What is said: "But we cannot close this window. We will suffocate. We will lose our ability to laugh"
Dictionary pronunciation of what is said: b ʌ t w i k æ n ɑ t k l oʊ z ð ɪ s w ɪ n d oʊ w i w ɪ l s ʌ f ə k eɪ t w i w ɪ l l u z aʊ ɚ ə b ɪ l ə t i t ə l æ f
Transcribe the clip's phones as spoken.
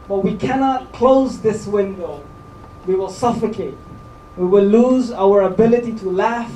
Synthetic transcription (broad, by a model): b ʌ t w i k æ n ɑ t k l oʊ z ð ɪ s w ɪ n d oʊ w i w ɪ l s ʌ f ə k eɪ t w i w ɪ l l u z aʊ ɚ ə b ɪ l ə t i t ə l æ f